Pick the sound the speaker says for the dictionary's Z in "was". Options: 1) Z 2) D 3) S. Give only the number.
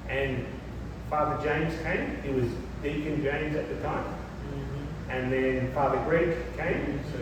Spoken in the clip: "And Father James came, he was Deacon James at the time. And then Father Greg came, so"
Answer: 1